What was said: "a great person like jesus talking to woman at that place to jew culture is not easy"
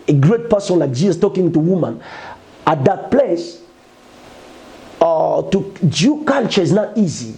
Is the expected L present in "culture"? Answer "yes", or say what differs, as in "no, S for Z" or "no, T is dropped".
no, N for L